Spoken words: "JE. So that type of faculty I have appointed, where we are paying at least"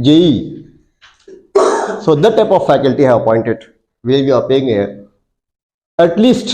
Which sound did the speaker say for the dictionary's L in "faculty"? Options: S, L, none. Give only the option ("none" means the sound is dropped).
L